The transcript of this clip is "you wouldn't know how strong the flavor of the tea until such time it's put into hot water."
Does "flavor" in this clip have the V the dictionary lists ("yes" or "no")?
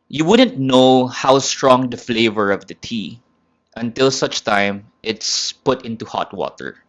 yes